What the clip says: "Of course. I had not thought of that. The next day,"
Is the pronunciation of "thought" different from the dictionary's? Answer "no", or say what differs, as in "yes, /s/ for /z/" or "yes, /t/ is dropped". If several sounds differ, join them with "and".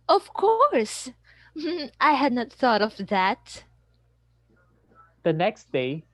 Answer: no